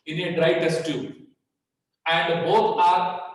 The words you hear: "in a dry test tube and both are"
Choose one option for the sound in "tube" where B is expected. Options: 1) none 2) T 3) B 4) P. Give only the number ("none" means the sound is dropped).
1